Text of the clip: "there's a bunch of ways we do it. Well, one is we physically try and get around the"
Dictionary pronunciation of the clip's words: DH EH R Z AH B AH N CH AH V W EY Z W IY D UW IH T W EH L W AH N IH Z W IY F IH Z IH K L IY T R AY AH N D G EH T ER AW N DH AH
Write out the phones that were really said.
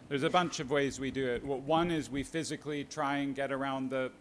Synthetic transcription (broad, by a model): DH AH R Z AH B AH N CH AH V W EY Z W IY D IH IH T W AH W AH N IH Z W IY F IH Z IH K L IY T R AY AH N G EH T ER AW N DH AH